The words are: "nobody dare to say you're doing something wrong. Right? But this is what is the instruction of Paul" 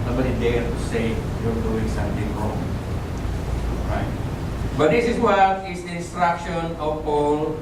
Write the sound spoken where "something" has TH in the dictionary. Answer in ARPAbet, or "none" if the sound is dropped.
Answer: T